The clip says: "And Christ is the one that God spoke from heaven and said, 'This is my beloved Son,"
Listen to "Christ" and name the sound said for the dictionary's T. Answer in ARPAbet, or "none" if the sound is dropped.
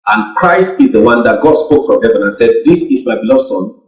T